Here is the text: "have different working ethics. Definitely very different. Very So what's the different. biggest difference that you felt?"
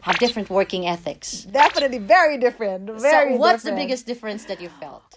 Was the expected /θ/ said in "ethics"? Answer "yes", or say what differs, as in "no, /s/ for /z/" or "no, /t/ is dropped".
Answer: yes